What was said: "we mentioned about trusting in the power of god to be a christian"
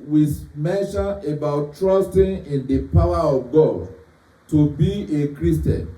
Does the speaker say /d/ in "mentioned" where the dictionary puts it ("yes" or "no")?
no